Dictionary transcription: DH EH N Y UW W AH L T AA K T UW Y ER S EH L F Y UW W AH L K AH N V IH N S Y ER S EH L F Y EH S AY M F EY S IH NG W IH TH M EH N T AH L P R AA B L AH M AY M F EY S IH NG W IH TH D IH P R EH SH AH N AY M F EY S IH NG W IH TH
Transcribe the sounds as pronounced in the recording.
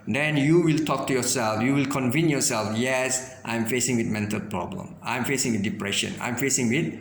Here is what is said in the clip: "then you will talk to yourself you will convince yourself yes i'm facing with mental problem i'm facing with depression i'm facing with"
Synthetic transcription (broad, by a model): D EH N Y UW W AH L T AA K T UW Y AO S EH L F Y UW W AH L K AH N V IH N Y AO S EH L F Y EH S AY M F EY S IH NG W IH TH M EH N T AH L P R AA B L AH M AY M F EY S IH NG W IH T D IH P R EH SH AH N AY M F EY S IH NG W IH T